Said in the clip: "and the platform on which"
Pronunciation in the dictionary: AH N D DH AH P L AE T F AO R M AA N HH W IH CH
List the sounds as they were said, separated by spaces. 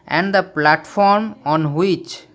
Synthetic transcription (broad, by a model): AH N D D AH P L AE T F AO R M AA N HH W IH CH